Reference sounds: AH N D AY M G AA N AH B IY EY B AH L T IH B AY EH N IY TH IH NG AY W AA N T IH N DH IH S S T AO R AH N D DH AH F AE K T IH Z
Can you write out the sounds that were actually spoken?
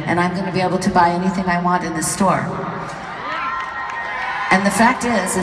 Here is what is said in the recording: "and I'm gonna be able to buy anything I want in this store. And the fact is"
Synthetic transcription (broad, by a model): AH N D AY M G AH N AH B IY EY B L T IH B AY EH N IY TH IH NG AY W AA N T IH N DH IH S S T AO R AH N DH AH F AE K T IH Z